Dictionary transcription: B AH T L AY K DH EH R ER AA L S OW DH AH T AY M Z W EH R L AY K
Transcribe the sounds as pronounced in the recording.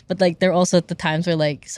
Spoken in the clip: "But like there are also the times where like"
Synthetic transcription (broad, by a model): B AH T L AY K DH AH R AA L S OW DH AH T AY M Z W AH R L AY K